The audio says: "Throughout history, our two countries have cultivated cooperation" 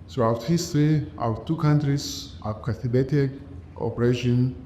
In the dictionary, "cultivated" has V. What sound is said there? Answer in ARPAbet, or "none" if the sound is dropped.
B